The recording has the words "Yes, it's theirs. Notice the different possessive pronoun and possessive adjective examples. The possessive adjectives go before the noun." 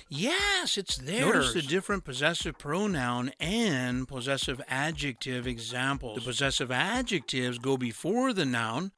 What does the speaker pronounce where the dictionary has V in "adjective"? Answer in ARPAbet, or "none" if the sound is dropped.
V